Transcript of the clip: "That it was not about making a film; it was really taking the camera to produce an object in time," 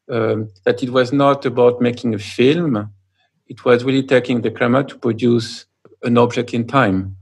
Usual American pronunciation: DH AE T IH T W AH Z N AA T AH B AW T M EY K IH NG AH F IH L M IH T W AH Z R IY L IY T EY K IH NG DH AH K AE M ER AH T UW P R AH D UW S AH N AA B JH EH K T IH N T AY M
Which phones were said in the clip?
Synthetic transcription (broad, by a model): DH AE T IH T W AH Z N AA T AH B AW T M EY K IH NG AH F IH L M IH T W AH Z R IY L IY T EY K IH NG DH AH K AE M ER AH T UW P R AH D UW S AH N AA B JH EH K T IH N T AY M